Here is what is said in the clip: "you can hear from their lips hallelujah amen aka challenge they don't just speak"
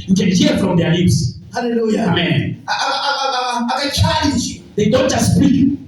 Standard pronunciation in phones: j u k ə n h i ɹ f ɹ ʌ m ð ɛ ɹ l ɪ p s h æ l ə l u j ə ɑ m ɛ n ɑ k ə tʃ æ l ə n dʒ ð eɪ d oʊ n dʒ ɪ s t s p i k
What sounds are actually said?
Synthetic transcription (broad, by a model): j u k ə n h i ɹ f ɹ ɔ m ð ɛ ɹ l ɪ p s h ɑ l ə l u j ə ɑ m ɛ n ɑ ə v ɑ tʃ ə l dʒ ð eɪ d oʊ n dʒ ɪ s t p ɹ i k